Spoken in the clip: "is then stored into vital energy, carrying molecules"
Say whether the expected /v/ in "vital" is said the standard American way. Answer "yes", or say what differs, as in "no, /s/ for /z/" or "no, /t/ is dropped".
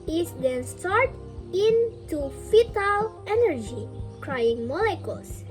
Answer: no, /f/ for /v/